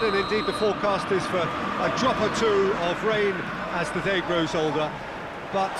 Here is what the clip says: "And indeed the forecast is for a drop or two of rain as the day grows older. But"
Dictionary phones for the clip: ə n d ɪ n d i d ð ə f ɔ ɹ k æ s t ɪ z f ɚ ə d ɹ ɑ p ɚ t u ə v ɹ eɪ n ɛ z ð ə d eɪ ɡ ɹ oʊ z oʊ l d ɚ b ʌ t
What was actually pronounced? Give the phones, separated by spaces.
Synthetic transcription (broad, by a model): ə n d ɪ n d i d ð ə f ɔ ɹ k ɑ s t ɪ z f ɚ ə d ɹ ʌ p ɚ t u ə v ɹ eɪ n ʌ z ð ə d eɪ ɡ ɹ oʊ z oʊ l d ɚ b ʌ t